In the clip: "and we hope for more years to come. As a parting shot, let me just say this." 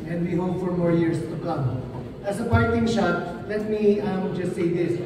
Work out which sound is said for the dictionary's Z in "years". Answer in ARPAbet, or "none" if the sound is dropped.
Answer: S